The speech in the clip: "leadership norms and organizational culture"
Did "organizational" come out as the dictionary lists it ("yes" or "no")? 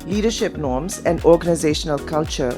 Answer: yes